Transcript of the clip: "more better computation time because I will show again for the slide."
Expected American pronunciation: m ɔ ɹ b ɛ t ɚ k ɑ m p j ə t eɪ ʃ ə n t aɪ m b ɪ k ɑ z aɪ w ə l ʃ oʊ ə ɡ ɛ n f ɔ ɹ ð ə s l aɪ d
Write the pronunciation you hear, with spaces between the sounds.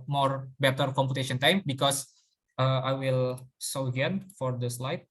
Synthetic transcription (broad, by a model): m ɔ ɹ b ɛ t ɚ k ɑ m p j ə t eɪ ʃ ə n t aɪ m b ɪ k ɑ s aɪ w ə l s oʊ ə ɡ ɛ n f ɔ ɹ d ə s l aɪ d